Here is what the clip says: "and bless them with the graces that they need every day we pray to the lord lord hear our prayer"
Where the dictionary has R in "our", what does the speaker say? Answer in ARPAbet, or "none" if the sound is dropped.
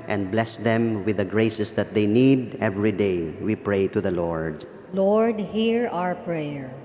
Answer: R